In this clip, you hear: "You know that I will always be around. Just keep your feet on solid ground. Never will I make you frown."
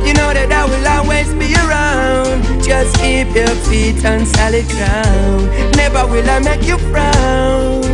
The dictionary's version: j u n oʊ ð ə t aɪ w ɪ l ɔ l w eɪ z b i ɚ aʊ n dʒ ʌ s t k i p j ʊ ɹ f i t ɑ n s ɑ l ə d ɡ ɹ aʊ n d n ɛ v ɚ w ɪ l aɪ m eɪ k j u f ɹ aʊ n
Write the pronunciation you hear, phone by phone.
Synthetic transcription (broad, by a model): j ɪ n oʊ ð ə t aɪ w ɪ l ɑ w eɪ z b i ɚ aʊ n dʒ ʌ s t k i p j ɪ f i t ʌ n s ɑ l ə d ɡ ɹ aʊ n n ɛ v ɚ w ɪ l aɪ m eɪ k j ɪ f ɹ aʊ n